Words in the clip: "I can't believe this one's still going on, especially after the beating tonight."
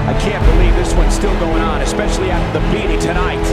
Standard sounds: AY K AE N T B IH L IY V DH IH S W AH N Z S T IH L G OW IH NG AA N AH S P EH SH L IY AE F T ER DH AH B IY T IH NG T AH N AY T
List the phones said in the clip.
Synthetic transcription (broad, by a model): AY K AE N B IH L IY V DH IH S W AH N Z S T IH L G OW IH NG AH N AH S P EH SH L IY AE T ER DH AH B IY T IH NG T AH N AY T